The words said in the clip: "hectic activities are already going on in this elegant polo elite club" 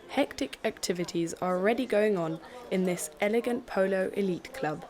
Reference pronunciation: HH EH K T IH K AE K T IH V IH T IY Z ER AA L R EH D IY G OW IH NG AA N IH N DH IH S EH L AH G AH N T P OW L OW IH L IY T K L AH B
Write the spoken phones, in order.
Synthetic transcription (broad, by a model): HH EH K T IH K AE K T IH V IH T IY Z ER AA L R EH D IY G OW IH NG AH N IH N DH IH S EH L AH G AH N P OW L OW IH L IY T K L AH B